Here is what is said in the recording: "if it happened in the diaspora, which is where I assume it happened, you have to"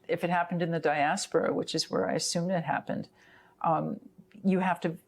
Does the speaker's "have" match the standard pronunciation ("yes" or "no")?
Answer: no